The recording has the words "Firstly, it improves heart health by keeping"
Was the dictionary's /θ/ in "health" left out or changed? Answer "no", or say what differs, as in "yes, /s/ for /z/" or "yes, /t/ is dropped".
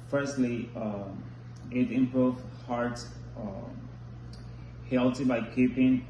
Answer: yes, /t/ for /θ/